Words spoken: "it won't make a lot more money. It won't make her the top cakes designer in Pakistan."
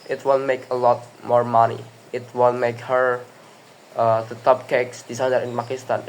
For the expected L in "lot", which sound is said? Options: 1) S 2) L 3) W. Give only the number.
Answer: 2